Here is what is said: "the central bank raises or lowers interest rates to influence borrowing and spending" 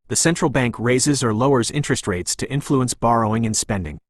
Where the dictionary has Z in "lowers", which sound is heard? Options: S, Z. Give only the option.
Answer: Z